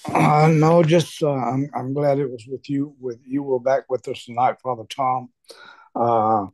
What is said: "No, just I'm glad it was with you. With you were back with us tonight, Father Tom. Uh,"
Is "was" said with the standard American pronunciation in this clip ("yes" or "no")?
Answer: yes